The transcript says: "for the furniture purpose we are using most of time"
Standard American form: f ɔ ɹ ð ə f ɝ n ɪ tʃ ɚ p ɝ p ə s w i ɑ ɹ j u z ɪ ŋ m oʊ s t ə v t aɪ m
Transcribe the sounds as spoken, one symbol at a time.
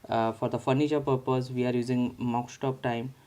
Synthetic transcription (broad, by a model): f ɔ ɹ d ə f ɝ n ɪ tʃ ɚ p ɝ p ə s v i ɑ ɹ j u z ɪ ŋ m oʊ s t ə p t aɪ m